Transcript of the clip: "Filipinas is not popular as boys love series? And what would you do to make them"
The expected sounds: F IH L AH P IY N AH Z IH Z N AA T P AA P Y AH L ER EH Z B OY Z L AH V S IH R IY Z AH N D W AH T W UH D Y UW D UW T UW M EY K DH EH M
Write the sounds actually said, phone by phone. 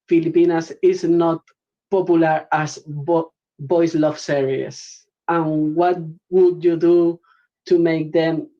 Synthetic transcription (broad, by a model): F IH L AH P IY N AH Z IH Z N AA T P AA P Y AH L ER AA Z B OY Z L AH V S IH R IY S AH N W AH T W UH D Y UW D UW T UW M EY K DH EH M